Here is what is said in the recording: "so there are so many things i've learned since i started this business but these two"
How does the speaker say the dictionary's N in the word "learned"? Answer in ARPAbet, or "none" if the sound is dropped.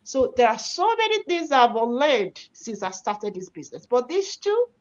L